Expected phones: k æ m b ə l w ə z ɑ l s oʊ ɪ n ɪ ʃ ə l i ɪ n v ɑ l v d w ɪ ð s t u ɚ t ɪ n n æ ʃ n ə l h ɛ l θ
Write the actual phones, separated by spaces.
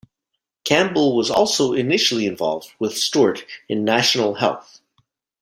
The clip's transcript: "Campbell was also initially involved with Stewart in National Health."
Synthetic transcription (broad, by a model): k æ m b l w ə z ɑ l s oʊ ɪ n ɪ ʃ l i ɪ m v ɑ l v d w ɪ ð s t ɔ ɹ t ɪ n n æ ʃ n l h ɛ l θ